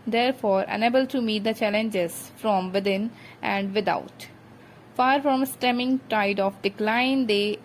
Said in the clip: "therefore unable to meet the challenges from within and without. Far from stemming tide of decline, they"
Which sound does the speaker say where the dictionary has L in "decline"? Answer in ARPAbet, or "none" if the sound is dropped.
L